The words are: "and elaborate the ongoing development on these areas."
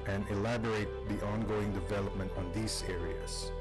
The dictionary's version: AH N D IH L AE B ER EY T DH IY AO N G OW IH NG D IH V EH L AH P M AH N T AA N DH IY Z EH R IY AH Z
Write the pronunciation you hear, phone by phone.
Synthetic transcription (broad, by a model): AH N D IH L AE B ER EY T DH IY AO N G OW IH NG D IH V EH L AH P M AH N T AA N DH IY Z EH R IY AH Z